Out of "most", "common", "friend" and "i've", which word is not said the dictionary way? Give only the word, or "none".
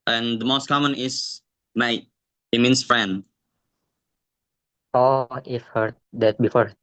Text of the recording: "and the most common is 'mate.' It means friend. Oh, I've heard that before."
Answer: i've